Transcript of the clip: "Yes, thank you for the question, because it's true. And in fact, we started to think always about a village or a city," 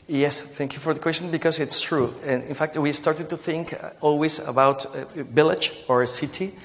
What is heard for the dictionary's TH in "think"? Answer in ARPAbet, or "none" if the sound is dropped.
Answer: TH